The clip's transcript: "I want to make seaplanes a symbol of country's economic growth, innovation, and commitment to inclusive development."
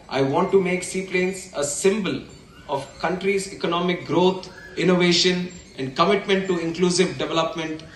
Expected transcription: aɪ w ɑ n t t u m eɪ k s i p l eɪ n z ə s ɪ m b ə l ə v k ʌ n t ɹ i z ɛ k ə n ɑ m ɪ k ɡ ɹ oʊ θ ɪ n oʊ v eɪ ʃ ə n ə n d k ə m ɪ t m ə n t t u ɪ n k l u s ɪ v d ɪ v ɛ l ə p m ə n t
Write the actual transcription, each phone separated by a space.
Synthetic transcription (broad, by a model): aɪ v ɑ n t t u m eɪ k s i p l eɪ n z ə s ɪ m b ə l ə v k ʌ n t ɹ i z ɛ k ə n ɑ m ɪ k ɡ ɹ oʊ t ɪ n oʊ v eɪ ʃ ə n ə n d k ə m ɪ t m ə n t t u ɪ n k l u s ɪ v d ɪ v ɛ l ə p m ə n t